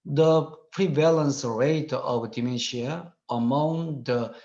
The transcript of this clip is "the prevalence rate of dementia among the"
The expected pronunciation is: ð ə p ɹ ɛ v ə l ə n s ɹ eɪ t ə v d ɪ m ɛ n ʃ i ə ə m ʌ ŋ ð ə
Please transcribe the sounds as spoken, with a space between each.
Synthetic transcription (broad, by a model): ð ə p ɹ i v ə l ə n s ɹ eɪ t ə v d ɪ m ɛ ʃ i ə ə m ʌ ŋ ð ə